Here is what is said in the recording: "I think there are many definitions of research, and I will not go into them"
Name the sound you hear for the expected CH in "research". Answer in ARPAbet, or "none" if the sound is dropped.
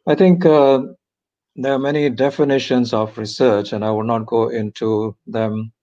CH